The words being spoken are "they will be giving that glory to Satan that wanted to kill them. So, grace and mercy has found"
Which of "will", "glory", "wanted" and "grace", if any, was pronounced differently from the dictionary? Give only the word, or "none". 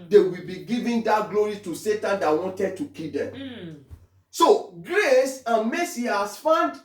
none